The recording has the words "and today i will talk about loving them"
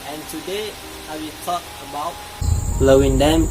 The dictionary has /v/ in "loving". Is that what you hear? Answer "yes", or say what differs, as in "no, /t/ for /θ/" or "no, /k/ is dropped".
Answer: no, /w/ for /v/